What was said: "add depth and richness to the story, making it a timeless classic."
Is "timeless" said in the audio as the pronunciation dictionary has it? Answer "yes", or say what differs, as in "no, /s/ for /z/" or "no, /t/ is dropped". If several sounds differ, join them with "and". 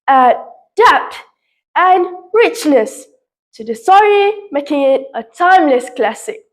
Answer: yes